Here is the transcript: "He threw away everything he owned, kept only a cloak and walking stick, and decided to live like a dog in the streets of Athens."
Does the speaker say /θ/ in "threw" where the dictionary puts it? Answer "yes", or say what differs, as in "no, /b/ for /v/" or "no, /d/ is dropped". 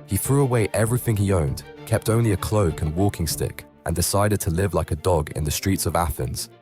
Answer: yes